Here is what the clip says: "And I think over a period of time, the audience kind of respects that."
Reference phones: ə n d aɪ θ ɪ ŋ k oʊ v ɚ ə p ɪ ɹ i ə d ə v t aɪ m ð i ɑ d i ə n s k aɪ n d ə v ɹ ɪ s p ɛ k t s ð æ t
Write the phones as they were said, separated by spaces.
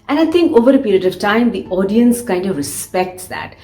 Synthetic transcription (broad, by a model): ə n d aɪ t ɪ ŋ k oʊ v ɚ ə p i ɹ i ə d ə v t aɪ m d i ɑ d i ə n s k aɪ n d ə v ɹ ɪ s p ɛ k t s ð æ t